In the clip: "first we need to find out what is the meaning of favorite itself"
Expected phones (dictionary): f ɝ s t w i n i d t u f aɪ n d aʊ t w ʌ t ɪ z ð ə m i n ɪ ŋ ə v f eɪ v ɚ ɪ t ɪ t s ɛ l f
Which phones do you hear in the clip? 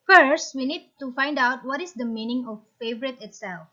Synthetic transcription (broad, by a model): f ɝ s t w i n i d t u f aɪ n d aʊ t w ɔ t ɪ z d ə m i n ɪ ŋ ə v f eɪ v ɚ ɪ t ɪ t s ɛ l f